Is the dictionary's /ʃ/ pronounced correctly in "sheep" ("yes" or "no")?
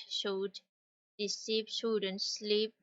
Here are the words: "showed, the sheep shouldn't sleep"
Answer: no